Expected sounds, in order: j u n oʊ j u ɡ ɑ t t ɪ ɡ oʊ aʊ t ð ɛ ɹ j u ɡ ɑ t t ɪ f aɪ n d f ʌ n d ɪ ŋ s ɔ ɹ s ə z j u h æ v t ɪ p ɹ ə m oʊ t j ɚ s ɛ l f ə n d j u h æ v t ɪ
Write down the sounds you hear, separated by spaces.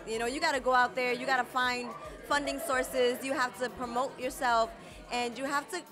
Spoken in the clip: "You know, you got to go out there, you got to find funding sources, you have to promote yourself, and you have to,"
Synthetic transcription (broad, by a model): j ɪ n oʊ j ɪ ɡ ɑ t t ɪ ɡ oʊ aʊ t ð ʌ ɹ j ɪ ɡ ɑ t t ɪ f aɪ n d f ʌ n d ɪ ŋ s ɔ ɹ s ə z j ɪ h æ f t ɪ p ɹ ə m oʊ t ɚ s ɛ l f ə n j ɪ h æ f t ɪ